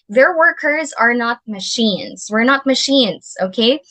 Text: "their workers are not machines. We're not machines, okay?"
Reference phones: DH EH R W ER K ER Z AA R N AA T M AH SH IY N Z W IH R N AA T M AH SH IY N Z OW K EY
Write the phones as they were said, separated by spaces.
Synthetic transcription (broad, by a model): DH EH R W ER K ER Z AA R N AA T M AH SH IY N Z W IH R N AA T M AH SH IY N Z OW K EY